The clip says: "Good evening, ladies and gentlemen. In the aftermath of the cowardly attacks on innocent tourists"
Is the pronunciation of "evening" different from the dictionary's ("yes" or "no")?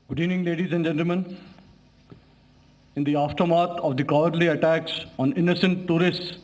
yes